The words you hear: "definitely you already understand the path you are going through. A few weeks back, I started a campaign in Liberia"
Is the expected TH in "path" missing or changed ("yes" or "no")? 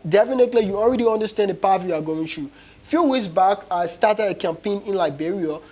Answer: yes